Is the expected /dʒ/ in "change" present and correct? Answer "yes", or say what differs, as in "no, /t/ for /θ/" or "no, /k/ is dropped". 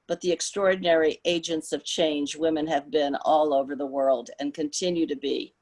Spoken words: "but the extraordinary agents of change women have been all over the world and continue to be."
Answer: yes